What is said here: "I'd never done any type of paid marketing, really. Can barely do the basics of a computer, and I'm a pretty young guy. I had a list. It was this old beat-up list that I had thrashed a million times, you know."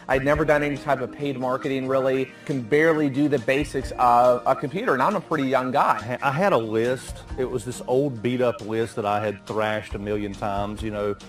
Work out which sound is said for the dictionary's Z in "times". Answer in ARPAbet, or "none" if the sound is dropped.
Z